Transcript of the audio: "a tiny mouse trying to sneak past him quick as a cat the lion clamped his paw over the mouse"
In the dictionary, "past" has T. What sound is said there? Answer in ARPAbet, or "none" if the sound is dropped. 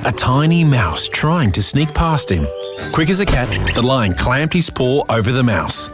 T